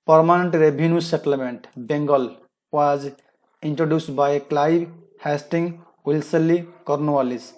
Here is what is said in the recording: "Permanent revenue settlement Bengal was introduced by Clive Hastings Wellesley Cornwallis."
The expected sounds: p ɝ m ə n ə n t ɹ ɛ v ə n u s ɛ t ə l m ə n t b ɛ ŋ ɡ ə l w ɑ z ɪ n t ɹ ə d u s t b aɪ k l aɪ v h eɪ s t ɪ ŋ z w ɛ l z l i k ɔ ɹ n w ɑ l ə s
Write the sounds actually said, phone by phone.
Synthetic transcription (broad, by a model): p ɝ m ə n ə n t ɹ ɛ b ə n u s ɛ t ə l m ə n t b ɛ ŋ ɡ ə l w ɑ z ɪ n t ɹ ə d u s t b aɪ k l aɪ b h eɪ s t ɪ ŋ w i l s l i k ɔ ɹ n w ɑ l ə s